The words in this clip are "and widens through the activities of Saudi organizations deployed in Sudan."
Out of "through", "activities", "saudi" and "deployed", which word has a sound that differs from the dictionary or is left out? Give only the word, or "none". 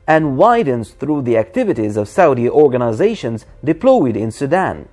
none